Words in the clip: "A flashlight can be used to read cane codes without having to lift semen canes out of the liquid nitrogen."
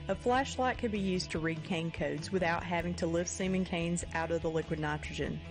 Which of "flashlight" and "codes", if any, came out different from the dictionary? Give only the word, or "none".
none